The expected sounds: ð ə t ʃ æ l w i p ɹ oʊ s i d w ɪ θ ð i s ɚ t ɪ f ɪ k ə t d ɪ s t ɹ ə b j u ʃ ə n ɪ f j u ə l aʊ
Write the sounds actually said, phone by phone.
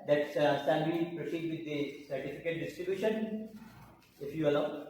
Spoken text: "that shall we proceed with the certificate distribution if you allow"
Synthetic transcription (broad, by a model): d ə t s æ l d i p ɹ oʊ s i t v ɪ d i s ɚ t ɪ f ɪ k ə t d ɪ s t ɹ ə b j u ʃ ə n ɪ f j u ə l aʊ